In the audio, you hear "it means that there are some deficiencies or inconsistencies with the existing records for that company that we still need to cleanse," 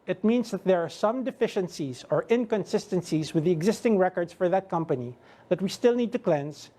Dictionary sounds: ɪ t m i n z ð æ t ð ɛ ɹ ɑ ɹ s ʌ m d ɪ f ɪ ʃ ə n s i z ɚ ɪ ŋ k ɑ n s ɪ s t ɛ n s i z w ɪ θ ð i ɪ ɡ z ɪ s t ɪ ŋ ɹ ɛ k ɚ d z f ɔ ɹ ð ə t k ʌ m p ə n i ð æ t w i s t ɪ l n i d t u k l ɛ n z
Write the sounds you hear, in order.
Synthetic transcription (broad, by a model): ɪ t m i n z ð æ t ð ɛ ɹ ɑ ɹ s ʌ m d ɪ f ɪ ʃ ə n s i z ɚ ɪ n k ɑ n s ɪ s t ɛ n s i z w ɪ ð i ɪ ɡ z ɪ s t ɪ ŋ ɹ ɛ k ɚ d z f ɔ ɹ ð ə t k ʌ m p ə n i ð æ t w i s t ɪ l n i d t u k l ɛ n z